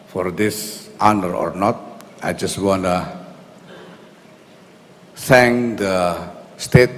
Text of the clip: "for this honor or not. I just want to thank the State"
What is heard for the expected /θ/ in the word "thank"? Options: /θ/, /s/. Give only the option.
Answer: /s/